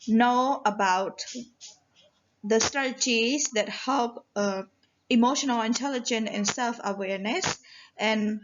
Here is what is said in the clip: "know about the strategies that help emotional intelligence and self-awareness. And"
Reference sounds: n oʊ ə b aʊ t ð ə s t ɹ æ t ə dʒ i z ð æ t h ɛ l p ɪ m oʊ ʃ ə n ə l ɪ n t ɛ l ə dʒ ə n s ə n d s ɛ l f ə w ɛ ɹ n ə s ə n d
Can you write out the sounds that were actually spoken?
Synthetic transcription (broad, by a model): n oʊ ə b aʊ t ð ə s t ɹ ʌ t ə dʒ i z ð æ t h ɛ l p ɪ m oʊ ʃ ə n ə l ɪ n t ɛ l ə dʒ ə n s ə n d s ɛ l f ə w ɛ ɹ n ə s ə n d